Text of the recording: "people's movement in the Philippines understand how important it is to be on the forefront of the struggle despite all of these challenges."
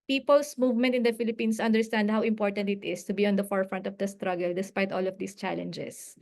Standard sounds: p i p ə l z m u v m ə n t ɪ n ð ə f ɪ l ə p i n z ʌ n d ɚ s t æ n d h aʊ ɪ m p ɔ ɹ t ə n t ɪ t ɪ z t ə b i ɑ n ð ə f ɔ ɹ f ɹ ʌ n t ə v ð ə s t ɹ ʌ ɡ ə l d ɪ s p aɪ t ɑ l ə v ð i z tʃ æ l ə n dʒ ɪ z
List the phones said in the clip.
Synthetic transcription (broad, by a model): p i p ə l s m u v m ə n t ɪ n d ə f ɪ l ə p i n s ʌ n d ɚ s t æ n d h aʊ ɪ m p ɔ ɹ t ə n t ɪ t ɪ s t ə b i ɑ n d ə f ɔ ɹ f ɹ ʌ n t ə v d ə s t ɹ ʌ ɡ ə l d ɪ s p aɪ t ɑ l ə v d i s tʃ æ l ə n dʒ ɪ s